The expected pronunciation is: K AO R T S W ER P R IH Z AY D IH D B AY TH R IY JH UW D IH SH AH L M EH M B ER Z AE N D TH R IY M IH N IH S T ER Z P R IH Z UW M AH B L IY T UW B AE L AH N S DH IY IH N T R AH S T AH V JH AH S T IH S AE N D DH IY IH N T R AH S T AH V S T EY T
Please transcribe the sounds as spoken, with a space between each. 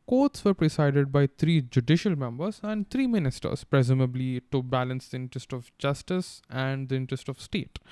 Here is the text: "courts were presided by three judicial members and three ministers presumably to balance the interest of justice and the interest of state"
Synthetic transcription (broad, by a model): K AO R T S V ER P R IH S AY D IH D B AY T R IY JH UW D IH SH AH L M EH M B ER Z AE N D T R IY M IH N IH S T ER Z P R IH Z UW M AH B L IY T UW B AE L AH N S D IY IH N T R AH S T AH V JH AH S T IH S AE N D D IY IH N T R AH S T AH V S T EY T